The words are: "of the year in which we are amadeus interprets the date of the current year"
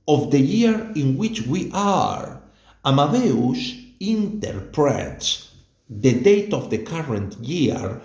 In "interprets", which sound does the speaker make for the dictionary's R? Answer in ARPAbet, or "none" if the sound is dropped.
R